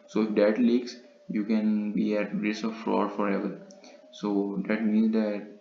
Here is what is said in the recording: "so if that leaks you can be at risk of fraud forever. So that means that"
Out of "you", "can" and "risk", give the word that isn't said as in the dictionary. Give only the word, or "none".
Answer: risk